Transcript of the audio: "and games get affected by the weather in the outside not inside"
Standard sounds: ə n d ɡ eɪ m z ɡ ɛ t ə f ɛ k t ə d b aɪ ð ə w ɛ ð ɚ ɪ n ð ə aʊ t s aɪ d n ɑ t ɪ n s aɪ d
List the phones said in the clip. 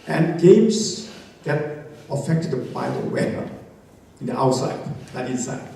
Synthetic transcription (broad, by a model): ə n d ɡ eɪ m s ɡ ɛ t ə f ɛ k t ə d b aɪ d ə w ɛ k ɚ ɪ n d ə aʊ t s aɪ d l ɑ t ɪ n s aɪ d